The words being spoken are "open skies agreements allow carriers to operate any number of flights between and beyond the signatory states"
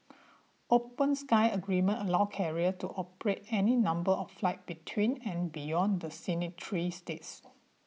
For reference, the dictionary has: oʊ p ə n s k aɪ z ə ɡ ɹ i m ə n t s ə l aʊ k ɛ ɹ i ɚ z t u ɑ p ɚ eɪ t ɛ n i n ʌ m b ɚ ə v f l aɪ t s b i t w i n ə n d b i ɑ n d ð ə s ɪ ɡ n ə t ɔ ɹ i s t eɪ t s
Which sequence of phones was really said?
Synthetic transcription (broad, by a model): oʊ p ə n s k aɪ ə ɡ ɹ i m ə n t ə l aʊ k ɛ ɹ i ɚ t u ɑ p ɚ eɪ t ɛ n i n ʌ m b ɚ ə f f l aɪ t b i t w i n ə n b i ɑ n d ə s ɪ n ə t ɹ i s t eɪ t s